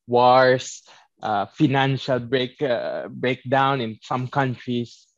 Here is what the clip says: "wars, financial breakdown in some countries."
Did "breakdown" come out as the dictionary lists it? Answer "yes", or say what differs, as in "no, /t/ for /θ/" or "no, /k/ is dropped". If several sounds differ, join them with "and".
yes